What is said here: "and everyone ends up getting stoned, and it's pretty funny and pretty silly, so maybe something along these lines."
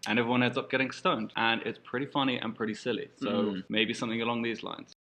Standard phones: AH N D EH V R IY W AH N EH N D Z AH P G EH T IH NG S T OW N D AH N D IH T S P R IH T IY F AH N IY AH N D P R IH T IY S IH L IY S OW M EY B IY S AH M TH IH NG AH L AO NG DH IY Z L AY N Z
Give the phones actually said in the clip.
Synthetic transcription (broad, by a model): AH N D EH V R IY W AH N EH D Z AH P G EH T IH NG S T OW N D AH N IH T S P R IH T IY F AH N IY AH N P R IH T IY S IH L IY S OW M EY B IY S AH M TH IH NG AH L AO NG DH IY Z L AY N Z